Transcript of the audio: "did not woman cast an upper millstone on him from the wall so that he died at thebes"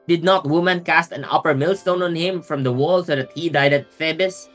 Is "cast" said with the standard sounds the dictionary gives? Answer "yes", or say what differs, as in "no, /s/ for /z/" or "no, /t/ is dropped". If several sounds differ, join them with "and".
yes